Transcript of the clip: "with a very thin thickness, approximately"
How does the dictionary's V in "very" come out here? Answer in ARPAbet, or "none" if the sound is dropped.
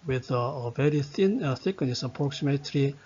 V